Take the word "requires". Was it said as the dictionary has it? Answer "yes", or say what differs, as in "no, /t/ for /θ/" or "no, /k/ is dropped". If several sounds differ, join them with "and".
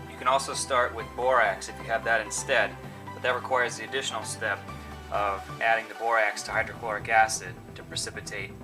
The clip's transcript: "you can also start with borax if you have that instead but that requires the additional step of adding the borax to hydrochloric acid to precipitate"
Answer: yes